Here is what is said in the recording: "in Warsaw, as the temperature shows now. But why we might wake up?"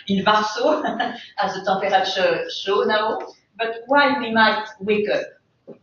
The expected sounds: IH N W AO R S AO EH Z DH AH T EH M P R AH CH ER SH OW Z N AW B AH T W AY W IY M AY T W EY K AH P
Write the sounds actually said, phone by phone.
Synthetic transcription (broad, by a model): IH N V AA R S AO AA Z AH T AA P R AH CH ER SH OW N AW B AH T W AY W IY M AY T W EY K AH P